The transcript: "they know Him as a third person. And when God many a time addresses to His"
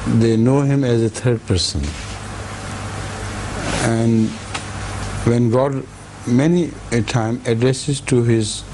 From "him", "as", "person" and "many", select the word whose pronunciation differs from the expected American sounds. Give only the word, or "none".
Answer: none